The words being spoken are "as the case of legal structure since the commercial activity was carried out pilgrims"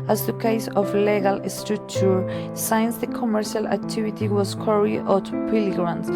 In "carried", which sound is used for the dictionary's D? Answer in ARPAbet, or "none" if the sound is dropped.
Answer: none